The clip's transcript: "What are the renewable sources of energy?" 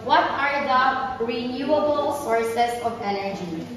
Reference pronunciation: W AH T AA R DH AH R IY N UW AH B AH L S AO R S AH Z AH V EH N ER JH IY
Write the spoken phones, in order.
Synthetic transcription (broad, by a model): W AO T AA R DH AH R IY N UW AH B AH L S AO R S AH S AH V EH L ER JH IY